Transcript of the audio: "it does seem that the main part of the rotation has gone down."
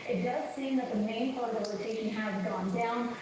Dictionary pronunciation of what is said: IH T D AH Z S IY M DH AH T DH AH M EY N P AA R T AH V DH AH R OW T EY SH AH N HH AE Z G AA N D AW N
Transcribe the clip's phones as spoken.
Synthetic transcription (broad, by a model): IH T D AH Z S IY M DH AH T DH AH M EY N P AA R T AH V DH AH L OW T EY SH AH N HH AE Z G AA N D AW N